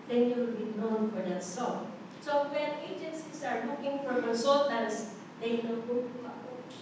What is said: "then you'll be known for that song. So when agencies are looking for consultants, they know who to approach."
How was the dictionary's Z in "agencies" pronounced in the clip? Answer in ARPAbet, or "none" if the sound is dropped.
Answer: S